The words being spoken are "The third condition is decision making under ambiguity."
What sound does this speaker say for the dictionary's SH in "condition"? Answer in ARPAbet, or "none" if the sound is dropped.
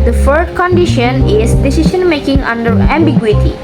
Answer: SH